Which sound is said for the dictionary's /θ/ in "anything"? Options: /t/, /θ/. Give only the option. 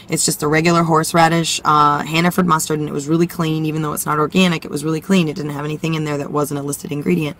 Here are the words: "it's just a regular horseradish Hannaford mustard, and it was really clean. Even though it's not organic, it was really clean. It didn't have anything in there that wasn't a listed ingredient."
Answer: /θ/